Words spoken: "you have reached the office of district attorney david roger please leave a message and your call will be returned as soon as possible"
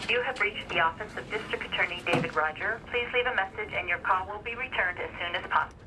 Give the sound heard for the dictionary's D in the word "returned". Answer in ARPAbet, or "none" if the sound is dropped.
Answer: D